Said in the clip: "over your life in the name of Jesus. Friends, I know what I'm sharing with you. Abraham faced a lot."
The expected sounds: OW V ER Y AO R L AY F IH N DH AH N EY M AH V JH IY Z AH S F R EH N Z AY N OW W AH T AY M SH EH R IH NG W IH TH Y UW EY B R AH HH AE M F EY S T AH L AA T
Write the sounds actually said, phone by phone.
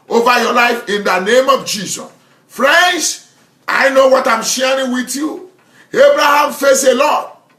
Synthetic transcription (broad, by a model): OW V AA Y AO L AY F IH N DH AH N EY M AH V JH IY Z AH S F R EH N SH AY N OW W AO T AY M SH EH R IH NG W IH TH Y UW EY B R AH HH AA M F EY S AH L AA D